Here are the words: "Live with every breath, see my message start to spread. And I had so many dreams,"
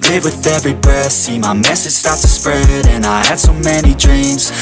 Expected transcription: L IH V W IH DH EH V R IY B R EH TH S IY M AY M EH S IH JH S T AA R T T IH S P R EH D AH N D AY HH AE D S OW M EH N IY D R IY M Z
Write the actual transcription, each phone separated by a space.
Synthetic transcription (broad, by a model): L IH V W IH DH EH V R IY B AH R S IY M AY M EH S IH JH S T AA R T T IH S P R EH D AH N AY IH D S OW M EH N IY D R IY M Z